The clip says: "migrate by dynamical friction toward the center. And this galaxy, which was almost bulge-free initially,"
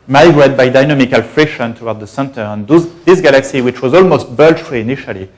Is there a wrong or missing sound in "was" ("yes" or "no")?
no